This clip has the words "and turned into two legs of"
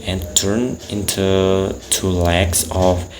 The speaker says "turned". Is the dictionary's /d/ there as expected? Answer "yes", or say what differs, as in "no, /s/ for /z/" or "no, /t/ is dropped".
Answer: no, /d/ is dropped